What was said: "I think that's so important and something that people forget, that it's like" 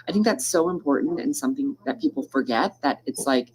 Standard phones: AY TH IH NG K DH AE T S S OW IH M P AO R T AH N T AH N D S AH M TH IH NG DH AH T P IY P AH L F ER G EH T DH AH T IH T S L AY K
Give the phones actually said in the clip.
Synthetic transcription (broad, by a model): AY TH IH NG K DH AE T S S OW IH M P AO R T N T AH N S AH M TH IH NG DH AH T P IY P L F ER G EH T DH AH T IH T S L AY K